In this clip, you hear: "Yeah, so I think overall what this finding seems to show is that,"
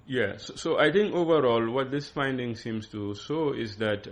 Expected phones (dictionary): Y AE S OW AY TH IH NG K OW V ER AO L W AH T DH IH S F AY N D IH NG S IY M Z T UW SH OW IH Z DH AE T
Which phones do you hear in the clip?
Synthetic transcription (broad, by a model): Y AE S OW AY T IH NG K OW V ER AO L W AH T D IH S F AY N D IH NG S IY M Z T UW S OW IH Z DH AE T